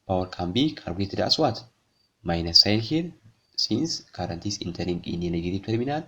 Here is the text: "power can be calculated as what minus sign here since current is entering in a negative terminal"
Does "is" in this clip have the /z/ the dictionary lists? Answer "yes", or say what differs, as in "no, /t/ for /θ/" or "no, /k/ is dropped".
no, /s/ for /z/